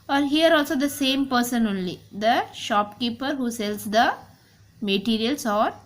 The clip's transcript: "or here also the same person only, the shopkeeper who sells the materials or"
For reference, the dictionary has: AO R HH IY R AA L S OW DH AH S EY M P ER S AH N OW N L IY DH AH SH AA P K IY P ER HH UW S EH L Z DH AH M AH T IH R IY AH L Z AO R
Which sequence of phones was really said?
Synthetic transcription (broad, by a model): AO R HH IY R AA L S OW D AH S EY M P ER S AH N OW N L IY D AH SH AA P K IY P ER HH UW S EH L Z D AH M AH T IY R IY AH L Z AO R